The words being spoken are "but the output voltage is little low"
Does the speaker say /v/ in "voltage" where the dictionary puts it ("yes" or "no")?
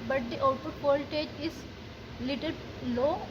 no